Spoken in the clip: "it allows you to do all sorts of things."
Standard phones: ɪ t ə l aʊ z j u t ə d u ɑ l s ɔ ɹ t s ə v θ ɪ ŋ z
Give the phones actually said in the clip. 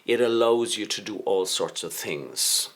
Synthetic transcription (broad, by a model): ɪ t ə l aʊ z j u t ə d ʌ ɑ l s ɔ ɹ t s ə v θ ɪ ŋ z